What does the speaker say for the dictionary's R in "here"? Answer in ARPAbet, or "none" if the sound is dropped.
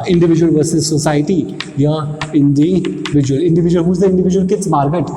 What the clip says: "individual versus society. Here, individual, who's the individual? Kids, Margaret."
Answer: L